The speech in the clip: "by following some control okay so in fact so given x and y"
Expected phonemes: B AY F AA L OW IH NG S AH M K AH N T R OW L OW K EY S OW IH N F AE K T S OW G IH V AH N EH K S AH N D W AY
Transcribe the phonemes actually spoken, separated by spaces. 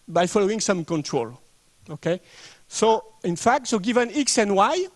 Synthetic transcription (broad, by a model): B AY F AA L OW IH NG S AH M K AH N T R OW L OW K EY S OW IH N F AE K T S OW G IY V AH N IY K S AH N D W AY